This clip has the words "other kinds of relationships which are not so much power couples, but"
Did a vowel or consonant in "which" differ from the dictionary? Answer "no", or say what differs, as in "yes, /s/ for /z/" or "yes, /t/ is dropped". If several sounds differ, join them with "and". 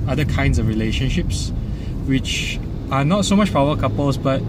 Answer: no